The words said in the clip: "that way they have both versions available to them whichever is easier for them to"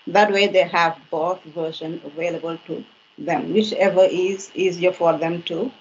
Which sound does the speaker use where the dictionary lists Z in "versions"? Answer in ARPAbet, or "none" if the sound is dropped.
none